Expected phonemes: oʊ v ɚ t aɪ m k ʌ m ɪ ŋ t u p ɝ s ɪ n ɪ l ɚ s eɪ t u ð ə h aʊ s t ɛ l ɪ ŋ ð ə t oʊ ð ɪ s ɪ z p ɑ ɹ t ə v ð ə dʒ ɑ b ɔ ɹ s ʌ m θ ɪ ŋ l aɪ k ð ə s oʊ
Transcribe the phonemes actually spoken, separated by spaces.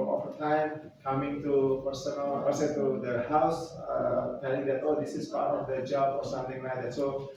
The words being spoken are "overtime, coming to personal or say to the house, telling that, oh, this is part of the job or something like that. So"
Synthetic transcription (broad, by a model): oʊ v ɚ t aɪ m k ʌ m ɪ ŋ t u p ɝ s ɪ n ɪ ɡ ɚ s eɪ t u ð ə h aʊ s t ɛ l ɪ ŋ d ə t oʊ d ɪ s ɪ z p ɑ ɹ t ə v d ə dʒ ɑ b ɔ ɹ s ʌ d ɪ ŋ n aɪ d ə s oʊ